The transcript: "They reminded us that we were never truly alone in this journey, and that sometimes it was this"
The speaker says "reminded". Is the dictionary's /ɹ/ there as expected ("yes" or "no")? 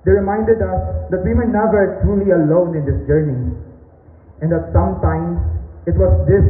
yes